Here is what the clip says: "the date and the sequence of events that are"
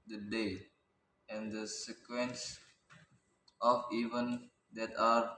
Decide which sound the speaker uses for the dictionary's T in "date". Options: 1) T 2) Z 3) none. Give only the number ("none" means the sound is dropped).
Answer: 3